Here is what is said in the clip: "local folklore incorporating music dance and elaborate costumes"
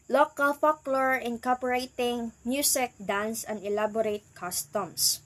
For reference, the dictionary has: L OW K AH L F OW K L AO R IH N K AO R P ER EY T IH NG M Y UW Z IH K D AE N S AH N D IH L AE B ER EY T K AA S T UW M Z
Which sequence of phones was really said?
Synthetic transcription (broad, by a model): L OW K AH L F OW K L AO R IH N K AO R P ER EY T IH NG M Y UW S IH K D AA N S AH N D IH L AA B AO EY T K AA S T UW M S